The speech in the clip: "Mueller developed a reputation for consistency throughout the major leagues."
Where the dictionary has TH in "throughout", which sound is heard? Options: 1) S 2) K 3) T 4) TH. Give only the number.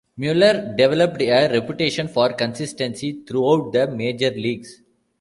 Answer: 3